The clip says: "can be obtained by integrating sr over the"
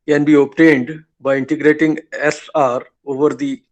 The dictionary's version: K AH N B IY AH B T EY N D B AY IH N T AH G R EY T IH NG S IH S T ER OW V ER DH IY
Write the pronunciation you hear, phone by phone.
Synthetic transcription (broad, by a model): K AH N B IY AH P T EY N D B AY IH N T AH G R EY T IH NG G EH S T OW V ER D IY